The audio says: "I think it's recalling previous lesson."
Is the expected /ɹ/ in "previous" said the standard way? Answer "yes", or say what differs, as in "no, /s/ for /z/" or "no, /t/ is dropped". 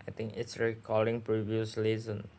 yes